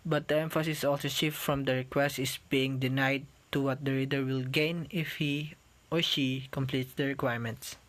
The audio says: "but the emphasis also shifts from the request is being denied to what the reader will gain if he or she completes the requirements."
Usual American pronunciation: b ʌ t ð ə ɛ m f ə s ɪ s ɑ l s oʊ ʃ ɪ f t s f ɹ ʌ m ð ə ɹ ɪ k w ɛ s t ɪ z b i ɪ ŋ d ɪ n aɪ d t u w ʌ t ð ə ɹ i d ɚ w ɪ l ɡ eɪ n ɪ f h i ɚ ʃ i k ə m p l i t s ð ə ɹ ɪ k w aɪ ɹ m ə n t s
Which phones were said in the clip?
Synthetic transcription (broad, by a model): b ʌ t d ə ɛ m f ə s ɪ s ɑ l s oʊ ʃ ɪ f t f ɹ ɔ m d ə ɹ ɪ k w ɛ s t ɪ s b i ɪ ŋ d ɪ n aɪ d t u w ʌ t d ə ɹ i d ɚ w ɪ l ɡ eɪ n ɪ f h i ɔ ʃ i k ə m p l i t s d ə ɹ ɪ k w aɪ ɹ m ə n t s